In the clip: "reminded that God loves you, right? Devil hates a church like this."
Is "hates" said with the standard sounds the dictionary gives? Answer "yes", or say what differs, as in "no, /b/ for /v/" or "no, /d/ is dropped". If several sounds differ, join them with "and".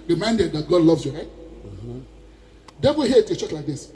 no, /s/ is dropped